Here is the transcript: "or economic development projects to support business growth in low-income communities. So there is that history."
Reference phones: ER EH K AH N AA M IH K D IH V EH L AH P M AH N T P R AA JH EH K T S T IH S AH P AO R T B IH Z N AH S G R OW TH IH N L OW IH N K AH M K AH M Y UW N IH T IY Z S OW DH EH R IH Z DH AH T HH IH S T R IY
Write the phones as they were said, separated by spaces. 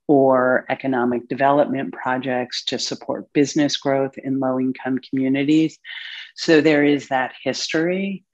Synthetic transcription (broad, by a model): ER EH K AH N AA M IH K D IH V EH L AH P M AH N P R AA JH EH K T S T IH S AH P AO R T B IH Z N AH S G R OW TH IH N L OW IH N K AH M K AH M Y UW N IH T IY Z S OW DH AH R IH Z DH AH T HH IH S T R IY